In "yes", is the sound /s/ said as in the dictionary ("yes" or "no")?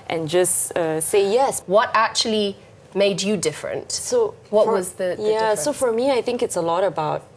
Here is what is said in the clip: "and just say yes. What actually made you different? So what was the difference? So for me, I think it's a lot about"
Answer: yes